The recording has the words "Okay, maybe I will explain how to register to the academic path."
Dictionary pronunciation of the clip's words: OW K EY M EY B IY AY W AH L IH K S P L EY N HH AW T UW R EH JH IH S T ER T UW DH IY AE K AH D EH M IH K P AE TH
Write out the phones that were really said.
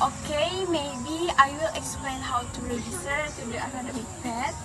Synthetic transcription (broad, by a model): OW K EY M EY B IY AY W AH L IH K S P L EY N HH AW T UW R EH JH IH S T ER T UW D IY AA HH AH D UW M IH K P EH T